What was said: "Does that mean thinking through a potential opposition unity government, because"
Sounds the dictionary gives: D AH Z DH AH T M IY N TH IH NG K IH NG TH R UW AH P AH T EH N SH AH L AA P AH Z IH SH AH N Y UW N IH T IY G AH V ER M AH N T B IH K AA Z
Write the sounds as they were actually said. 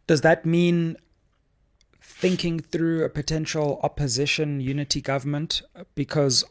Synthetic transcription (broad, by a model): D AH Z DH AH T M IY N TH IH NG K IH NG TH R UW AH P AH T EH N SH AH L AA P AH Z IH SH AH N Y UW N IH T IY G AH V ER M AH N T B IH K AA Z